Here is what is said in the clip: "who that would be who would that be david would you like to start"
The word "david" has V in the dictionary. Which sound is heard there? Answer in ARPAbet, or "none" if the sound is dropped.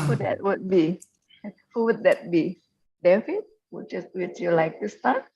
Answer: F